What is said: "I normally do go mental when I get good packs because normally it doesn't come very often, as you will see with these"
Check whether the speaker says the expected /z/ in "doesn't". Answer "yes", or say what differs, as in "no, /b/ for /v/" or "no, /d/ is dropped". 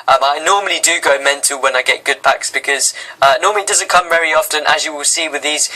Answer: yes